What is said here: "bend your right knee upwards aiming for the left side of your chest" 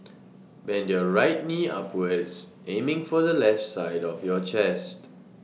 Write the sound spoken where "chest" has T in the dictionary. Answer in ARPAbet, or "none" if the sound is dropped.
T